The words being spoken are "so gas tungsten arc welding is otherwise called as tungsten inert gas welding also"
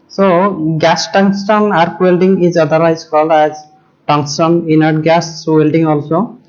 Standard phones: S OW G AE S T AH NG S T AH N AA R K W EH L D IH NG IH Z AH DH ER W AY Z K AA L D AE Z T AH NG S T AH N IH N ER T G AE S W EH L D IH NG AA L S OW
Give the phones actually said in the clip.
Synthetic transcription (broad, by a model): S OW G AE S T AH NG S T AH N AA R K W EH L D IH NG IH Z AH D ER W AY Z K AA L D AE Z T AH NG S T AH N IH N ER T G AE S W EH L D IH NG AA L S OW